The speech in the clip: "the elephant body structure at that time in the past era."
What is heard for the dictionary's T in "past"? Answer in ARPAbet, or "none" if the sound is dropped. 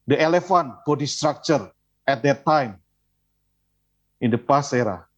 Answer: none